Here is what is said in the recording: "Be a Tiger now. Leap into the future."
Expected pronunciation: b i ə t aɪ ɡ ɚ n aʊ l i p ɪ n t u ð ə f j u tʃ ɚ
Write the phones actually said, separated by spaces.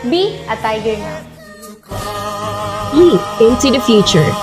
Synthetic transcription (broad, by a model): b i ə t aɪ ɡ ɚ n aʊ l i ɪ n t u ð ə f j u tʃ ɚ